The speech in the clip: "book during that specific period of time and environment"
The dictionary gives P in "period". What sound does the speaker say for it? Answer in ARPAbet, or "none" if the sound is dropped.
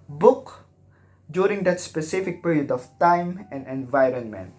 P